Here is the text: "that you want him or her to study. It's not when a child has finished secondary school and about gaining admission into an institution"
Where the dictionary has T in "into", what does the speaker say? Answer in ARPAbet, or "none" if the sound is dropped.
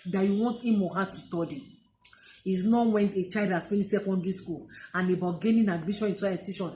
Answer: S